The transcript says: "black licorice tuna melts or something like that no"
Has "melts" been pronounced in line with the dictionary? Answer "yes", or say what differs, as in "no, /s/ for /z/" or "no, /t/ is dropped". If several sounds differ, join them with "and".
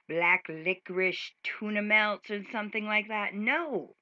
yes